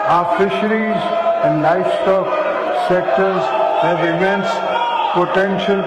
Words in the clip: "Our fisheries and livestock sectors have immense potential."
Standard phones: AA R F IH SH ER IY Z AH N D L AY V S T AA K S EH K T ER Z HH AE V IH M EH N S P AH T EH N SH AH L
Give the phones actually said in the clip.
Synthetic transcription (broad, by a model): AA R F IH SH ER IY Z AH N D L AY F S T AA K S EH K T ER Z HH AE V IH M EH N S P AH T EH N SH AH L